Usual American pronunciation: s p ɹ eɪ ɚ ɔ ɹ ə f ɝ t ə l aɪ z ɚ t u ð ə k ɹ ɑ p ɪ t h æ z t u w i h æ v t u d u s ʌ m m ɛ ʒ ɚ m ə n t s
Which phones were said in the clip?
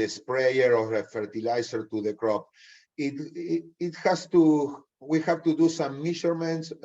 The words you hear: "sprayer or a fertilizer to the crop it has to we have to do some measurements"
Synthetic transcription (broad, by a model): s p ɹ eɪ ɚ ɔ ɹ ə f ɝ t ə l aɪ s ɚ t u ð ə k ɹ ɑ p ɪ t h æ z t u w i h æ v t u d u s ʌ m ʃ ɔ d m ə n t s